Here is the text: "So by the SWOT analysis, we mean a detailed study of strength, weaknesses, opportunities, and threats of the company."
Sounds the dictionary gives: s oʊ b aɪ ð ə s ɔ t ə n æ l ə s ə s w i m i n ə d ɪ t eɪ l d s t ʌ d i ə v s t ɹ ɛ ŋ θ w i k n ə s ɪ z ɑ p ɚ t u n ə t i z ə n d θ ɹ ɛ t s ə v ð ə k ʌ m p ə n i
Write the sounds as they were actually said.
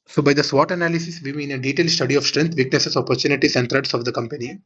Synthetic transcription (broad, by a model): s oʊ b aɪ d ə s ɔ t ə n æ l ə s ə s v i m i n ə d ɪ t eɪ l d s t ʌ d i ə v s t ɹ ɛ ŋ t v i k n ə s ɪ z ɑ p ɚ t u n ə t i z ə n d t ɹ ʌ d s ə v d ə k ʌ m p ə n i